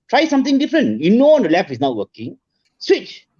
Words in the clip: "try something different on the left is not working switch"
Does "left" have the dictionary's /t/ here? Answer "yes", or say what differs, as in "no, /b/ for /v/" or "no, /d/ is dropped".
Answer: no, /t/ is dropped